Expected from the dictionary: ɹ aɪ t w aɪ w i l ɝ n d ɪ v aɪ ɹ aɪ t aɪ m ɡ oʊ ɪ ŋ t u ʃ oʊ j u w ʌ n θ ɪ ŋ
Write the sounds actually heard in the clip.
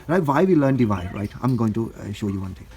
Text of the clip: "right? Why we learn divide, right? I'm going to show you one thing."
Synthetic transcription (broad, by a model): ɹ aɪ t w aɪ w i l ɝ n d ɪ v aɪ ɹ aɪ t aɪ m ɡ oʊ ɪ ŋ t u ʃ oʊ j u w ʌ n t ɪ ŋ